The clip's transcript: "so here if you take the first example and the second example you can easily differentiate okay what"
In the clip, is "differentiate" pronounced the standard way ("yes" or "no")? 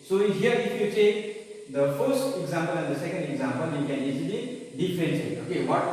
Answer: no